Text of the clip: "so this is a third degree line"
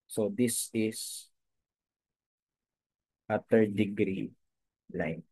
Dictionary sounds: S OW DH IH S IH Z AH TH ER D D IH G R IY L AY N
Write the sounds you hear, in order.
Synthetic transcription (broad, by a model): S OW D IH S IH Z AH T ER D D IH G R IY L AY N